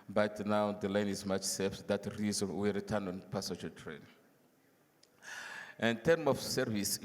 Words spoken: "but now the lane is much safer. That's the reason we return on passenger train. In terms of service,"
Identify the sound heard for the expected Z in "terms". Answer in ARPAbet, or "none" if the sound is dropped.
none